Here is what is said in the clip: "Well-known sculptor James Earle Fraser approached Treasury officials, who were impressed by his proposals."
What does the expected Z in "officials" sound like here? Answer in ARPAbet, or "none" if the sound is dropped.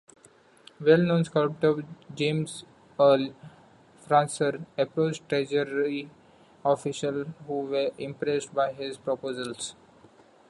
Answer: none